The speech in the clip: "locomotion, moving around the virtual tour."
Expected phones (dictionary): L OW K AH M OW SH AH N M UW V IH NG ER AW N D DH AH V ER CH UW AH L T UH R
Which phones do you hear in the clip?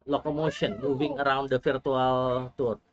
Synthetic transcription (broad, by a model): L OW K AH M OW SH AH N M UW V IH NG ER AW N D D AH F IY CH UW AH L T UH R